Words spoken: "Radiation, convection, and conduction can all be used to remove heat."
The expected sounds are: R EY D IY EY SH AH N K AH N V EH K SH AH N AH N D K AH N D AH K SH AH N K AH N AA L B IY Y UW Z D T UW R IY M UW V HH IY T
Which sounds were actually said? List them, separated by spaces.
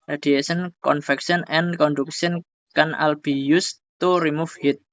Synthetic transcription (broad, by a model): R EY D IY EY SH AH N K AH N F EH K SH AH N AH N K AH N D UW K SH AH N K AH N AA L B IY Y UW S T UW R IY M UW F HH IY T